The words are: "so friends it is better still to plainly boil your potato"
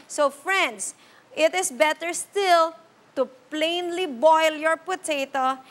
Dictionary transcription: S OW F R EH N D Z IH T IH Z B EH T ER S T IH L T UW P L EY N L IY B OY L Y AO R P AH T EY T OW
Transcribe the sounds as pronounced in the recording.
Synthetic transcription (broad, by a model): S OW F R EH N D S IH T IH S B EH T ER S T IH L T UW P L EY N L IY B OY L Y AO R P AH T EY T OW